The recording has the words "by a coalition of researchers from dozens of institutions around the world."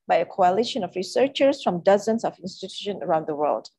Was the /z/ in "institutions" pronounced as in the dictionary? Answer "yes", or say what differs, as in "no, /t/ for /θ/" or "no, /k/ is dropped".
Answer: no, /z/ is dropped